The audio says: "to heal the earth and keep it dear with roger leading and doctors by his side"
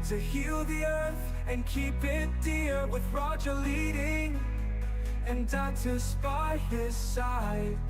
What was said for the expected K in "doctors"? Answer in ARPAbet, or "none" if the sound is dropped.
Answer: none